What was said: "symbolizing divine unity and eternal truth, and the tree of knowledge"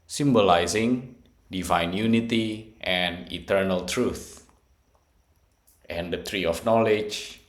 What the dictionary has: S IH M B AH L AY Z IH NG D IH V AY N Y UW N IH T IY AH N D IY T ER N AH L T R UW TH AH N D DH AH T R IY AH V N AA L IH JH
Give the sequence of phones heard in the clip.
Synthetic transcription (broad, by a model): S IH M B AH L AY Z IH NG D IH V AY N Y UW N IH T IY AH N IY T ER N AH L T R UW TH AH N D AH T R IY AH F N AA L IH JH